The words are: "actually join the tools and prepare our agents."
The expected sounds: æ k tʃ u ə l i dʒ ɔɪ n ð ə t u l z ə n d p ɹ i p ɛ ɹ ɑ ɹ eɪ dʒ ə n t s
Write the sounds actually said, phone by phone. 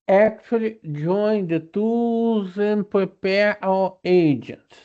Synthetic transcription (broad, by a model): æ k tʃ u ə l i dʒ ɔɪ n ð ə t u z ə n p ɹ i p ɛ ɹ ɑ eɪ dʒ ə n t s